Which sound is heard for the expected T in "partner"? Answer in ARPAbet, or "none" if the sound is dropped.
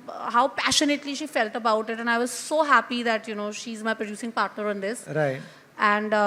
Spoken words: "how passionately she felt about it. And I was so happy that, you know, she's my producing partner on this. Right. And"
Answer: T